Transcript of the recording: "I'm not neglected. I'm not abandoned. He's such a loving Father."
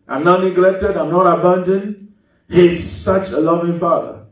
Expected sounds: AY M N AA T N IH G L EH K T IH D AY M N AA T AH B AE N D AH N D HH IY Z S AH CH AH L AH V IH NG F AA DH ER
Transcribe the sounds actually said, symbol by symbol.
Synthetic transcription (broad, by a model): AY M N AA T N IH G L EH K T IH D AY M N AA T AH B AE N D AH N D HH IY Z S AH CH AH L AH V IH NG F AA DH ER